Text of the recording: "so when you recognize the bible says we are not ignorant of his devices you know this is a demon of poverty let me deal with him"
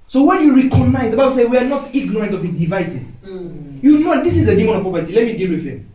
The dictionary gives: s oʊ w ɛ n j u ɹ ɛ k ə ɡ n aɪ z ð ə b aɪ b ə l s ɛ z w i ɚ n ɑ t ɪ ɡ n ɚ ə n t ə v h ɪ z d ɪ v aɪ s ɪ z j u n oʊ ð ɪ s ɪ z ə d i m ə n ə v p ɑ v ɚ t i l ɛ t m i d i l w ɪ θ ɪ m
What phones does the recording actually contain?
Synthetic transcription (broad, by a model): s oʊ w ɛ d j u ɹ ɛ k ə ɡ n aɪ z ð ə b aɪ b ə l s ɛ w i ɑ n ɑ t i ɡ n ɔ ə n t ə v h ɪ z d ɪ v aɪ s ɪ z j u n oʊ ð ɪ s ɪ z ə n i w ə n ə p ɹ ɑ p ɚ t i l ɛ t m i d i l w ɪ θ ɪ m